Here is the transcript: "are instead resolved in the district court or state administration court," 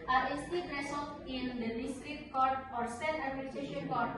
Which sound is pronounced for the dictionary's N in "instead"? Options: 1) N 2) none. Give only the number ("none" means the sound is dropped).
2